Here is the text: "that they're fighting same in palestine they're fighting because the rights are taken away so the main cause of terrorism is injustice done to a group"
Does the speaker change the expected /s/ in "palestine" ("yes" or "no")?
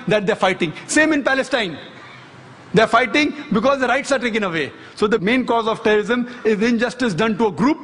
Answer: no